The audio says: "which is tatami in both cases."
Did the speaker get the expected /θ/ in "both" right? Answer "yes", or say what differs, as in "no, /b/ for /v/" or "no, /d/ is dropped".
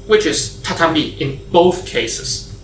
yes